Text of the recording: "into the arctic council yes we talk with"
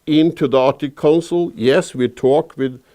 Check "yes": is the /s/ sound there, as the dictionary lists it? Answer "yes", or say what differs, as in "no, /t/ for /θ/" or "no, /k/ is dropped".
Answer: yes